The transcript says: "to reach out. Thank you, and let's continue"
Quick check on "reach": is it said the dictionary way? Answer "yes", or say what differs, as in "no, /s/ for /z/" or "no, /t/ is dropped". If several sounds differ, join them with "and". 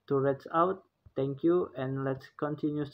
no, /s/ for /tʃ/